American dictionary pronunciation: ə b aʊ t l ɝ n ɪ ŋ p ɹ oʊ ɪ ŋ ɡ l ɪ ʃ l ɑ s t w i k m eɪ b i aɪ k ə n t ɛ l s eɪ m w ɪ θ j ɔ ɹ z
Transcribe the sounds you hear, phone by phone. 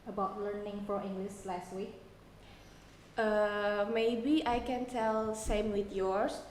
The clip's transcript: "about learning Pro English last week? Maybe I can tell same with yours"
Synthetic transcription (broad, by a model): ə b aʊ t l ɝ n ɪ ŋ f ɹ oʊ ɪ ŋ ɡ l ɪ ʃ l ɑ s t w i k m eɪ b i aɪ k ə n t ɛ l s eɪ m w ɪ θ j ɔ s